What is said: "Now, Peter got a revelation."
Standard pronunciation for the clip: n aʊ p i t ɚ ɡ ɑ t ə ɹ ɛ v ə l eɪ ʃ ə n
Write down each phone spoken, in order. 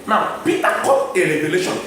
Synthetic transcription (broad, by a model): n aʊ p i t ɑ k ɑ ə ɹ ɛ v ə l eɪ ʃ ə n